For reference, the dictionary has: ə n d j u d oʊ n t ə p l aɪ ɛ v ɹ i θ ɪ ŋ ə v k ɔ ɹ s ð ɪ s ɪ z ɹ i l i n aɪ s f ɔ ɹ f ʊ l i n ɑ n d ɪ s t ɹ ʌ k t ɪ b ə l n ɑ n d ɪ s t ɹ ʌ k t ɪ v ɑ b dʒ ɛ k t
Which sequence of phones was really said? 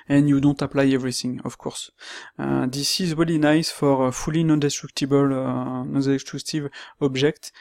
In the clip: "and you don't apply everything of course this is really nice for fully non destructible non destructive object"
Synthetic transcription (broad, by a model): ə n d j u d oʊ n t ə p l aɪ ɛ v ɹ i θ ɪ ŋ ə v k ɔ ɹ s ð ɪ s ɪ z ɹ i l i n aɪ s f ɔ ɹ f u l i n ɑ n d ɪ s t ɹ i k t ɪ b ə l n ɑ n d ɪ s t l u t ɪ v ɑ b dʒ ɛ k t